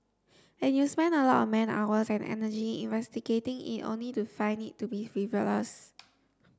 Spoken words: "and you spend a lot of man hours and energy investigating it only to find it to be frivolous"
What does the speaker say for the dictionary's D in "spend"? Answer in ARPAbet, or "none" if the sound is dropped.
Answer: none